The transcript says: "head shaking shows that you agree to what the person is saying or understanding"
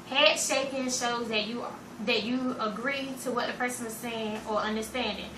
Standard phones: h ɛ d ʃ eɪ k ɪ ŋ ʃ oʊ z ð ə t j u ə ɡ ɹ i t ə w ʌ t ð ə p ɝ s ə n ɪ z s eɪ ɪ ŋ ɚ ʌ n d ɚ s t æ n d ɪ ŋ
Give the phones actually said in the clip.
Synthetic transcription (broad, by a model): h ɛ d ʃ eɪ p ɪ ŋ ʃ oʊ z ð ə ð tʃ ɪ ə ɡ ɹ i t ə w ʌ t ð ə p ɝ s ə n ɪ z s eɪ ɪ ŋ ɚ ʌ n d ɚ s t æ n d ɪ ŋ